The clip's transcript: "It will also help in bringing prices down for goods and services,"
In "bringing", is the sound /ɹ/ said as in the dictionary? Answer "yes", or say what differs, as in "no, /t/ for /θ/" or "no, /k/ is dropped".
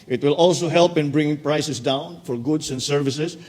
yes